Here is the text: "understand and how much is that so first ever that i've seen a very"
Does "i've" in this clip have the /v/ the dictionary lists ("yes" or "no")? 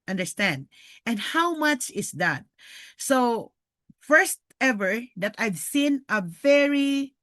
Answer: yes